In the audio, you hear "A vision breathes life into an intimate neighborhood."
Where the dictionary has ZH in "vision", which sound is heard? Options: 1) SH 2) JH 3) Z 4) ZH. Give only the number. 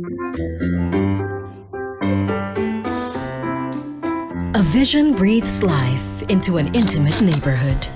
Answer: 4